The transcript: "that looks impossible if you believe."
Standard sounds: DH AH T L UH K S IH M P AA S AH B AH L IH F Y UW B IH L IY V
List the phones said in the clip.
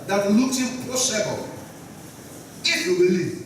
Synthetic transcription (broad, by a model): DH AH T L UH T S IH P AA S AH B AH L IH F Y UW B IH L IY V